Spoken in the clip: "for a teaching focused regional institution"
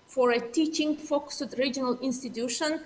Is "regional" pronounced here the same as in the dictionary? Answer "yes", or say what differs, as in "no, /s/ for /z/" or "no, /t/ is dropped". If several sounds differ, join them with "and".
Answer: yes